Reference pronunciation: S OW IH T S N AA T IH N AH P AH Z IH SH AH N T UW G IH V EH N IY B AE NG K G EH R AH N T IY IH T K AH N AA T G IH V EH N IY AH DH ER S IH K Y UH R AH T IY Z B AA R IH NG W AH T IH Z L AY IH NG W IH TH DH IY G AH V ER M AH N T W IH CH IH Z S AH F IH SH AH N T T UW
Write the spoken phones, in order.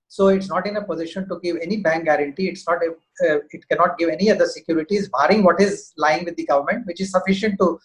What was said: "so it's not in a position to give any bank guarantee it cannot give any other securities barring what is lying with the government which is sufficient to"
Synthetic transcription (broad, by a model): S OW IH T S N AA T IH N AH P AH Z IH SH AH N T UW G IH V EH N IY B AE NG K G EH R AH N T IY IH T K AH N AA T G IH V EH N IY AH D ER S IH K Y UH R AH T IY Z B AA R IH NG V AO T IH Z L AY IH NG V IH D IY G AH V ER M AH N T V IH CH IH Z S AH F IH SH AH N T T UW